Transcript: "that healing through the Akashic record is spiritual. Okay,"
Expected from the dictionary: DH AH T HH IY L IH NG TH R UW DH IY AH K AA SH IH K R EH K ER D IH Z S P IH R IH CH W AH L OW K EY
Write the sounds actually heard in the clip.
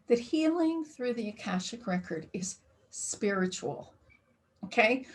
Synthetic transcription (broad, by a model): DH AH T HH IY L IH NG TH R UW DH IY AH K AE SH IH K R EH K ER D IH Z S P IH R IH CH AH L OW K EY